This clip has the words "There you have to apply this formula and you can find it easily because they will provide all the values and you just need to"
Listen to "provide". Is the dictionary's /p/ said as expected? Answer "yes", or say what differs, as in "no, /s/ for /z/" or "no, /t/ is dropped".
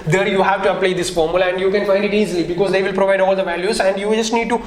yes